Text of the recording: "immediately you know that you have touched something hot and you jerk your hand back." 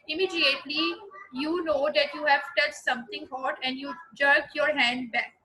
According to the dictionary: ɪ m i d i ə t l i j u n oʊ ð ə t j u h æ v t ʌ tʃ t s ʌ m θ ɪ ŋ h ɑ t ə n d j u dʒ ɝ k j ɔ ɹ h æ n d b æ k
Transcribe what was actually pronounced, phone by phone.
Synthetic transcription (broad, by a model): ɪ m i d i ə t l i j u n oʊ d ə t j u h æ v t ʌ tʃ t s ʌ m t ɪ ŋ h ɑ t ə n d j u dʒ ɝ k j ɔ ɹ h æ n d b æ k